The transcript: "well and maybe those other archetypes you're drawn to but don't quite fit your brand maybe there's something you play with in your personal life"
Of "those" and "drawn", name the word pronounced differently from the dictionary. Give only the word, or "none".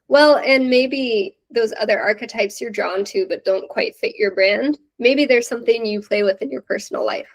none